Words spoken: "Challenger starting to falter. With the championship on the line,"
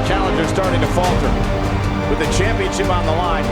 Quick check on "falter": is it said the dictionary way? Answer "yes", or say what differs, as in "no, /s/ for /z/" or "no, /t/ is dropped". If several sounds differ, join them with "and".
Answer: yes